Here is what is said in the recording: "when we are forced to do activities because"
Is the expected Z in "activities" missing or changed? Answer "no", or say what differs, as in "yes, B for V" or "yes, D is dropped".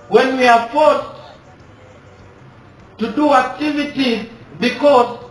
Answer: yes, Z is dropped